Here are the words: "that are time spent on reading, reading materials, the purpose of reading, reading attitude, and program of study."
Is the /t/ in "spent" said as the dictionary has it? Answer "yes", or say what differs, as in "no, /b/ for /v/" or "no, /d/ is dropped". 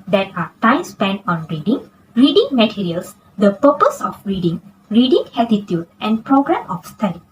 no, /t/ is dropped